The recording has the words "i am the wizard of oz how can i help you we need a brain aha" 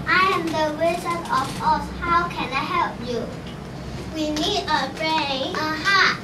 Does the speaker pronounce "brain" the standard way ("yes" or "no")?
no